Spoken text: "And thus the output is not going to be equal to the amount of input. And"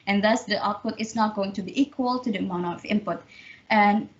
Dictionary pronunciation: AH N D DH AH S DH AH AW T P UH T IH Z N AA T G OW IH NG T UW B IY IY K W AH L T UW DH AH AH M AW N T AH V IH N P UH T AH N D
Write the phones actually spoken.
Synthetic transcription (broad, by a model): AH N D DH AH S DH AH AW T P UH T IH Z N AA T G OW IH NG T UW B IY IY K W AH L T UW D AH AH M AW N AH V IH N P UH T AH N